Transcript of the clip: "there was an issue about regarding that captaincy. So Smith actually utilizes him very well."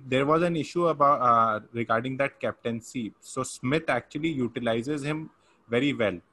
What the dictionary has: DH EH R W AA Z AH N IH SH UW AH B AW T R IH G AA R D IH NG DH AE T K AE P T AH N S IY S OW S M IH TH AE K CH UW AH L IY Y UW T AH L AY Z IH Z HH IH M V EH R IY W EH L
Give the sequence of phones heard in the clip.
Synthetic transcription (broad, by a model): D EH R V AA Z AH N IH SH UW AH B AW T R IH G AA R D IH NG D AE T K AE P T AH N S IY S OW S M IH T AE K CH UW AH L IY Y UW T AH L AY Z IH Z HH IH M V EH R IY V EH L